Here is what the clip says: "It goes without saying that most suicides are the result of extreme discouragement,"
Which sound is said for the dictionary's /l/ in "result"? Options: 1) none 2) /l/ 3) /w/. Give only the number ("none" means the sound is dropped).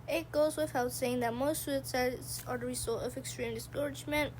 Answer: 1